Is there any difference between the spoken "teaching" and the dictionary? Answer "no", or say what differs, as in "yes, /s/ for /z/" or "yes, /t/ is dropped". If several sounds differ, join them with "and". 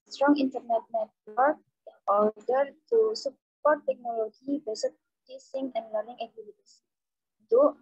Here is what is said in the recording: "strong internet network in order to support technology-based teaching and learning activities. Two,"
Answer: yes, /s/ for /tʃ/